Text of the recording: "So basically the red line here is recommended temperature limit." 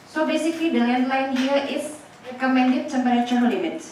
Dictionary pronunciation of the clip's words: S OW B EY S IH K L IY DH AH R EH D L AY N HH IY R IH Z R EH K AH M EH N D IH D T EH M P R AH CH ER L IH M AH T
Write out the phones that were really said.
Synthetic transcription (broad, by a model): S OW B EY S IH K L IY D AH L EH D L AY N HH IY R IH S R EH K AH M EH N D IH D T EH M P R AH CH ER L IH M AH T